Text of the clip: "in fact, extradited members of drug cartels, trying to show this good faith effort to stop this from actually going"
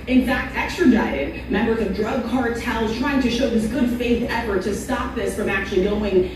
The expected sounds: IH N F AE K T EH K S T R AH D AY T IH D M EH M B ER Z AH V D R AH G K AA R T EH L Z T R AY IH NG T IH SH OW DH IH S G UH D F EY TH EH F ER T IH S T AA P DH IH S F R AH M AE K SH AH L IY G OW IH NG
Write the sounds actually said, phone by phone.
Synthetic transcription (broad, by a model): IH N F AE K T EH K S T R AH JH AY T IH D M EH M B ER Z AH V D R AH G K AA R T EH L Z T R AY IH NG T IH SH OW DH IH S G UH D F EY TH EH F ER T IH S T AA P DH IH S F R AH M AE K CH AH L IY G OW IH NG